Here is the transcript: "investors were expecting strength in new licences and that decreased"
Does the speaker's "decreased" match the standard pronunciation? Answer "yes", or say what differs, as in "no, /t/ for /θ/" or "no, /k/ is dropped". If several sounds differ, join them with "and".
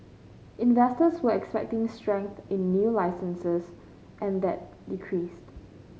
yes